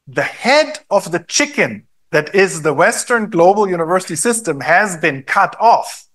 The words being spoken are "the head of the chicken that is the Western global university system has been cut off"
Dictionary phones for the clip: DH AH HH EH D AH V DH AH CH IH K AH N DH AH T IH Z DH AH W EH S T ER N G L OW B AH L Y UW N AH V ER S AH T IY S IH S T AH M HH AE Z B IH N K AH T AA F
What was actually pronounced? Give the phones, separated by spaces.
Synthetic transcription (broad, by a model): DH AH HH EH D AH V DH AH CH IH K AH N DH AH T IH Z DH AH W EH S T ER N G L OW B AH L Y UW N AH V ER S AH T IY S IH S T AH M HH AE Z B IH N K AH T AA F